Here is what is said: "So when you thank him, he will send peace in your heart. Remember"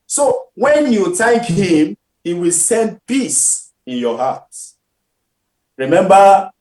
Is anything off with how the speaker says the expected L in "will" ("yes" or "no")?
no